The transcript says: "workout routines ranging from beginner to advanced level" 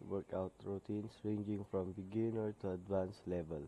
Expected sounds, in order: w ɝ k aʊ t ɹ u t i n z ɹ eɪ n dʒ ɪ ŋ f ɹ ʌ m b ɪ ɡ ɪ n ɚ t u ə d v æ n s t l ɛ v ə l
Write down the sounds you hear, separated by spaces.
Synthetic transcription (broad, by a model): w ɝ k aʊ t ɹ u t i n s ɹ eɪ n dʒ ɪ ŋ f ɹ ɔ m b ɪ ɡ ɪ n ɚ t u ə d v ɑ n s l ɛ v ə l